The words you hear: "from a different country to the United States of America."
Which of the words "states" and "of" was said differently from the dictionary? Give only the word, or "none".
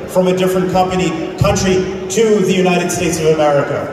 none